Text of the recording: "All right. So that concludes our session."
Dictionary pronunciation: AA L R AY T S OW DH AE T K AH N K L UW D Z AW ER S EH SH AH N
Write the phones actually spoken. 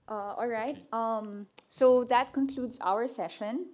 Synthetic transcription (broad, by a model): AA L R AY T S OW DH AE T K AH N K L UW D Z AW ER S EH SH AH N